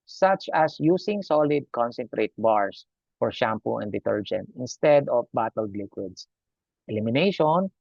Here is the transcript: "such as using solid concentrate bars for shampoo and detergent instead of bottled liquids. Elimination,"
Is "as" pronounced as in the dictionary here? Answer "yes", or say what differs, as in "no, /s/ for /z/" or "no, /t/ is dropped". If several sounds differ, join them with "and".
no, /s/ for /z/